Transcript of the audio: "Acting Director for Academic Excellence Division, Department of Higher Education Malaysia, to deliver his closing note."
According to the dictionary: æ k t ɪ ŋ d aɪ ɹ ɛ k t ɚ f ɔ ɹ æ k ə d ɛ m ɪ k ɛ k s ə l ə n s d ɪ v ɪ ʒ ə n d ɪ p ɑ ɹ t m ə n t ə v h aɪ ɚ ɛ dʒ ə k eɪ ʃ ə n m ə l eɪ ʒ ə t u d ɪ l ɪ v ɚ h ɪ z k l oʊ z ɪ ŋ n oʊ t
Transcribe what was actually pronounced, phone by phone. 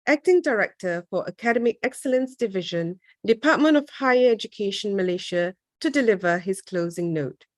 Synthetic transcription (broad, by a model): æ k t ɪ ŋ d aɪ ɹ ɛ k t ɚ f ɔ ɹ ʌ k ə d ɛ m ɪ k ɛ k s ə l ə n s d ɪ v ɪ ʒ ə n d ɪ p ɑ t m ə n t ə v h aɪ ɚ ɛ dʒ ə k eɪ ʃ ə n m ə l eɪ ʃ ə t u d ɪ l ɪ v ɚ h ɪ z k l oʊ z ɪ ŋ n oʊ t